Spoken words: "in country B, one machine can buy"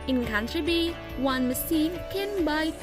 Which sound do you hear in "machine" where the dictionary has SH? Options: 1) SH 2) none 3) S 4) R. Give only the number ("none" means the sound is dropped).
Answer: 3